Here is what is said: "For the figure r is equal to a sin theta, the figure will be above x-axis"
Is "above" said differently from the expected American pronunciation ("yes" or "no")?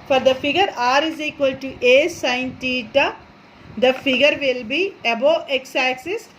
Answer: yes